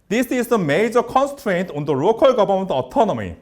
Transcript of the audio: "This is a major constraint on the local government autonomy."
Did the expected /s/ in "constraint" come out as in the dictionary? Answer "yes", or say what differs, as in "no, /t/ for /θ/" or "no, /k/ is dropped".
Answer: yes